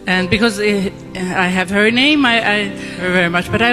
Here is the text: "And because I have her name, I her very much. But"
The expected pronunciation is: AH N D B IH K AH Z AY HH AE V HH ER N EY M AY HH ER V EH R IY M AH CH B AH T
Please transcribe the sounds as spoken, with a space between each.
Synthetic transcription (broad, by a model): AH N B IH K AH Z AY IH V HH ER N EY M AY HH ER V EH R IY M AH CH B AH T